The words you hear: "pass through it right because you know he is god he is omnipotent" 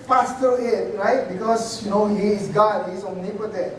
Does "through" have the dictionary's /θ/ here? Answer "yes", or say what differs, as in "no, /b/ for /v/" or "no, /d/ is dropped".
no, /t/ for /θ/